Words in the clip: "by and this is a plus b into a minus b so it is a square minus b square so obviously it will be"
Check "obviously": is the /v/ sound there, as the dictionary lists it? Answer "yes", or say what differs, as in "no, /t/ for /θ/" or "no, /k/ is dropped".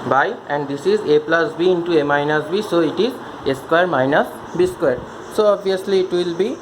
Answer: no, /v/ is dropped